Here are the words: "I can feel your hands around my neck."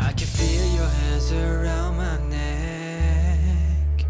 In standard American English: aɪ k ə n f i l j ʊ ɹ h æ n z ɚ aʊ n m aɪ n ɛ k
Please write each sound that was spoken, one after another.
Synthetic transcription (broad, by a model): aɪ k ə n f i l j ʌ ɹ h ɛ z ɚ aʊ n m aɪ n ɛ k